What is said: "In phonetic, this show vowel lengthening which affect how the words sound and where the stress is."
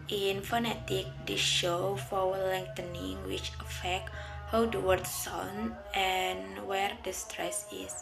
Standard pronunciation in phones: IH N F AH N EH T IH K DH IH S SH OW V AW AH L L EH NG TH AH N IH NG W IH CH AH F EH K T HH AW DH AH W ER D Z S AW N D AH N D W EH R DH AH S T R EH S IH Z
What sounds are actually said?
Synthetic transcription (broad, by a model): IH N F AH N EH T IH K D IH SH OW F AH W L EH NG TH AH N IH NG W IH CH AH F EH K T HH AW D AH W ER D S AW N AH N W EH R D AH S T R EH S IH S